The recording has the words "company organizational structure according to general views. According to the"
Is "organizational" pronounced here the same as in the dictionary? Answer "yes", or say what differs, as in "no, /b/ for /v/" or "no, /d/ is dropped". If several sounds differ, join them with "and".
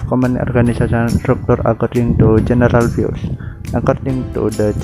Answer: no, /s/ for /z/ and /s/ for /ʃ/ and /n/ is dropped and /n/ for /l/